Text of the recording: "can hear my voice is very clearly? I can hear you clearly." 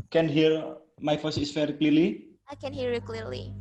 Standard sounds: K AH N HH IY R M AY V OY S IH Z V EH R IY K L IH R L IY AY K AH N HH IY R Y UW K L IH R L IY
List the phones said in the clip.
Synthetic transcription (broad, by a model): K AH N HH IY R M AY F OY S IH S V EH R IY K L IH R L IY AY K AH N HH IY R Y UW K L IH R L IY